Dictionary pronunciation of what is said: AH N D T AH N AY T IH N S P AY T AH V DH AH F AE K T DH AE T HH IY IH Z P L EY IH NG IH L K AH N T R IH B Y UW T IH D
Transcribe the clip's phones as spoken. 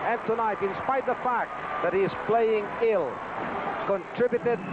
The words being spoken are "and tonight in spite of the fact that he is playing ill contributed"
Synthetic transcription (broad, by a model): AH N T AH N AY T IH N S P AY AH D DH AH F AE K T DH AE T HH IY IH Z P L EY IH NG IH L K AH N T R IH B Y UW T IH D